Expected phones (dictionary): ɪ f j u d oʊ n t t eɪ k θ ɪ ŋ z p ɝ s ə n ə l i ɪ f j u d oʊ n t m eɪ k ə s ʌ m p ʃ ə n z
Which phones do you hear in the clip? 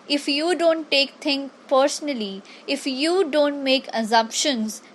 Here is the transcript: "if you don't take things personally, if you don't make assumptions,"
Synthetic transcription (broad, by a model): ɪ f j u d oʊ n t t eɪ k t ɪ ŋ p ɝ s ə n ə l i ɪ f j u d oʊ n t m eɪ k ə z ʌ m p ʃ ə n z